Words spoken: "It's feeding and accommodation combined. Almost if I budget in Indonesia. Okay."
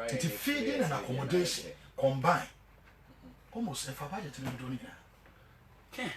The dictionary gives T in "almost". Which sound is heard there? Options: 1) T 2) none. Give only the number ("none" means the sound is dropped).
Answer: 2